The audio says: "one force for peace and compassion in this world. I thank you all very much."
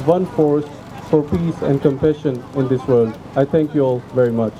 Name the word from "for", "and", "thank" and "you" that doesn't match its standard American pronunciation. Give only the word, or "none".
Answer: thank